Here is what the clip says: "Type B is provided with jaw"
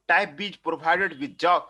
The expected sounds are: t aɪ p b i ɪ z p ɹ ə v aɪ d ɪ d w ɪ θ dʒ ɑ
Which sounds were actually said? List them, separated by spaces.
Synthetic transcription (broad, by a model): t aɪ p b i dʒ p ɹ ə b aɪ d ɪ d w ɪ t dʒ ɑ